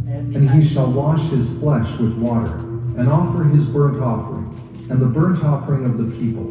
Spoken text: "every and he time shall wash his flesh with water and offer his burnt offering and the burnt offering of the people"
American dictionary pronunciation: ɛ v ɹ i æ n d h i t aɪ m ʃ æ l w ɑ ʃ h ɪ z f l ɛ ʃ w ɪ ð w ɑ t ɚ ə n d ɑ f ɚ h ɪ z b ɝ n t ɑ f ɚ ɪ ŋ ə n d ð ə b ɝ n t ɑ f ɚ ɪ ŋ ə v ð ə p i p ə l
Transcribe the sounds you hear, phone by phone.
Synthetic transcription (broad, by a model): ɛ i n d i ʃ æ l w ɑ ʃ h ɪ z f l ɛ ʃ w ɪ ð w ɑ t ɚ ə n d ɑ f ɚ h ɪ z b ɝ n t ɑ f ɚ ɪ ŋ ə n ð ə b ɝ n t ɑ f ɚ ɪ ŋ ə v ð ə p i p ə l